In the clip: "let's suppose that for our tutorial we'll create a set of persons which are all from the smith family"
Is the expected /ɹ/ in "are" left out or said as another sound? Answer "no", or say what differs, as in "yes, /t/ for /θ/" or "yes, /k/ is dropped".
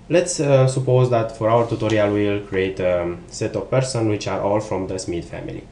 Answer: no